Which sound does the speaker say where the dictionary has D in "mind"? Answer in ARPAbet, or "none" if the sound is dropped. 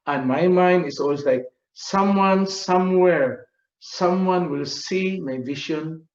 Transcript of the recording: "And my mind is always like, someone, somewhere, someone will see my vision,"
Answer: D